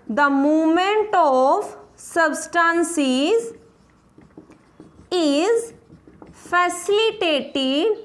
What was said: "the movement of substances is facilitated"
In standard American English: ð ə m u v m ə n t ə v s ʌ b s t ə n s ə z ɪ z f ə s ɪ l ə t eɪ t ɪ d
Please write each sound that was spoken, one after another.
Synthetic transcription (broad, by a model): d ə m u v m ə n t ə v s ʌ b s t ə n s ə z ɪ z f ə s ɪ l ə t eɪ t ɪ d